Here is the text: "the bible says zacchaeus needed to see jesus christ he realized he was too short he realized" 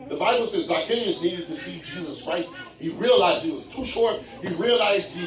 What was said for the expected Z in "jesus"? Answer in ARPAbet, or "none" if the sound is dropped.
Z